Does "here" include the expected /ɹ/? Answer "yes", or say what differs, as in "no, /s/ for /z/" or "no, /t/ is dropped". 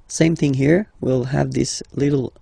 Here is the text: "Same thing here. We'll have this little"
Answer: yes